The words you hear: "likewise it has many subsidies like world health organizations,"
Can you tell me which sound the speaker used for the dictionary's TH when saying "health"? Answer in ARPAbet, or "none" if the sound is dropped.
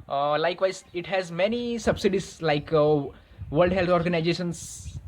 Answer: T